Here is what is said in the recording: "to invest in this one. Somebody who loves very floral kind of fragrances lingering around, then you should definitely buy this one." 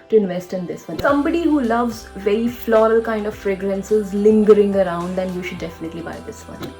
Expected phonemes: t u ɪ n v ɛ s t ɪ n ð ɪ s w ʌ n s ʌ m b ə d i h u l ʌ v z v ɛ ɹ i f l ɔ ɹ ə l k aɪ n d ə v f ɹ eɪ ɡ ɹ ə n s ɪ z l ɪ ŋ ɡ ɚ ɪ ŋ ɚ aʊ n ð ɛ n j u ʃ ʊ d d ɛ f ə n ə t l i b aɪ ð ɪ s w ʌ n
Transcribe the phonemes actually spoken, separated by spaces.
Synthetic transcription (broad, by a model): t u ɪ n v ɛ s t ɪ n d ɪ s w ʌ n s ʌ m b ə d i h u l ʌ v z v ɛ ɹ i f l ɔ ɹ ə l k aɪ n d ə v f ɹ eɪ ɡ ɹ ə n s ɪ z l ɪ ŋ ɡ ɚ ɪ ŋ ɚ aʊ n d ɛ n j u ʃ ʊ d d ɛ f ə n ə t l i b aɪ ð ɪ s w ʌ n